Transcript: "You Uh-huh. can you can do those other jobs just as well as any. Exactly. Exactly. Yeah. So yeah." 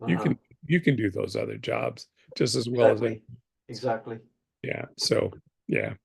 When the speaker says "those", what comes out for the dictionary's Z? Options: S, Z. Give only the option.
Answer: Z